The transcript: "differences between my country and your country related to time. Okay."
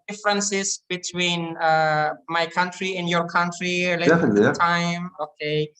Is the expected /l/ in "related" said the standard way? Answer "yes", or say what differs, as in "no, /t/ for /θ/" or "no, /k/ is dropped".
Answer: no, /l/ is dropped